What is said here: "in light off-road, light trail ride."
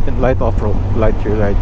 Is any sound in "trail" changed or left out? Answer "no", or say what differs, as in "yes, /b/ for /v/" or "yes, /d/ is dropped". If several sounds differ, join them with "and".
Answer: yes, /ɹ/ is dropped